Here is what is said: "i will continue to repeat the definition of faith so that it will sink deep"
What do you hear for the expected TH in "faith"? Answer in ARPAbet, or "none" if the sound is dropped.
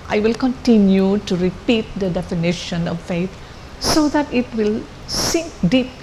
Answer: T